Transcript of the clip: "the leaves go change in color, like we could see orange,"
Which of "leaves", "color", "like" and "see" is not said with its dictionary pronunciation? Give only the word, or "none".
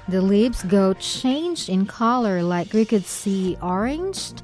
leaves